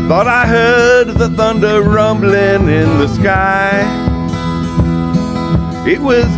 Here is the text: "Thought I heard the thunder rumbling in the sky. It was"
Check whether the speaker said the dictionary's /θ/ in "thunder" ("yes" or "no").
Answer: yes